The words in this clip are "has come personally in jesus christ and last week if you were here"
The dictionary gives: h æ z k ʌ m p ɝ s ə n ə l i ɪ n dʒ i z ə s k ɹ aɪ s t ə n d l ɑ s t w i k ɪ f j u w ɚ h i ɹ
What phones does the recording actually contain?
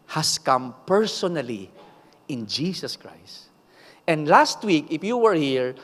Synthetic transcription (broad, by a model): h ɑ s k ʌ m p ɝ s ə n ə l i ɪ n dʒ i s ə s k ɹ aɪ s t ə n d l ɑ s t w i k ɪ f j u w ɚ h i ɹ